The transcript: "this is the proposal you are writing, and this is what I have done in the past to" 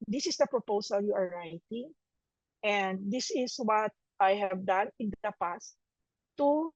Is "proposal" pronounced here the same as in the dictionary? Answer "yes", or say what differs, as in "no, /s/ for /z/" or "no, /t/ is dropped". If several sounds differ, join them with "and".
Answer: no, /s/ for /z/